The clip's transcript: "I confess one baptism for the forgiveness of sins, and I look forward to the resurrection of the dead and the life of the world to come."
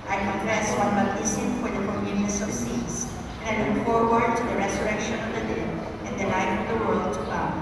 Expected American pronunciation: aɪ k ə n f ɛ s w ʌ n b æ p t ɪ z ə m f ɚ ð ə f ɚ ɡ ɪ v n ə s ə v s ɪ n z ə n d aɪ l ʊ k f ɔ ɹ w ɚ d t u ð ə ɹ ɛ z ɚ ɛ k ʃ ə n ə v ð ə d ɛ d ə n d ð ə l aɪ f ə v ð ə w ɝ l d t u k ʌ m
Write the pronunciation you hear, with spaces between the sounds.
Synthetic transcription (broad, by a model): aɪ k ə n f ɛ s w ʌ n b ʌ t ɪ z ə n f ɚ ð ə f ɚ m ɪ n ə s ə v s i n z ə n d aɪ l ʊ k f ɔ ɹ w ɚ d t u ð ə ɹ ɛ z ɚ ɛ k ʃ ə n ə v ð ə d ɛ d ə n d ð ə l aɪ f ə v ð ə w ɝ l d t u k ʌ